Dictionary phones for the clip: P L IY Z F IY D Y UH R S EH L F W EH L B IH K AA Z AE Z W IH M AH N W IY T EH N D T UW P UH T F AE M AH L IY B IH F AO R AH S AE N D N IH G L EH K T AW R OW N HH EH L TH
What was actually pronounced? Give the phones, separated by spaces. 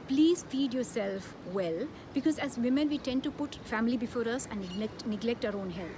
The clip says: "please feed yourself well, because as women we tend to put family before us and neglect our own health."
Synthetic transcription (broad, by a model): P L IY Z F IY D Y UH R S EH L F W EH L B IH K AA Z AE Z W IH M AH N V IY T EH N D T UW P UH T F AE M AH L IY B IH F AO R AH S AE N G N IH G L EH K T AW R OW N HH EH L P